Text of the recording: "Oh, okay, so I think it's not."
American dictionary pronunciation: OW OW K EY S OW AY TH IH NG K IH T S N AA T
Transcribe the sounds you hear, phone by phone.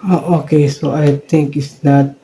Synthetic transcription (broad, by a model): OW OW K EY S OW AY T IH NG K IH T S N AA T